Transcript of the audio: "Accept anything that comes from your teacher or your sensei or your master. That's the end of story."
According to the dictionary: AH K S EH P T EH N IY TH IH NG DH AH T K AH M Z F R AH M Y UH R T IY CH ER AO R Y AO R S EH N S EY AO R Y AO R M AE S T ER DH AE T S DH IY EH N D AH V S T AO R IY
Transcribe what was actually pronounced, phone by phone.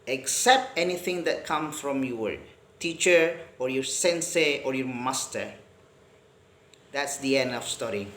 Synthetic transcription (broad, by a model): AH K S EH P T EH N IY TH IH NG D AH T K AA M F R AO M Y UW W T IY CH ER AO R Y AO R S EH N S EY AO R Y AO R M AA S T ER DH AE T S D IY EH N D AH F S T AO R IY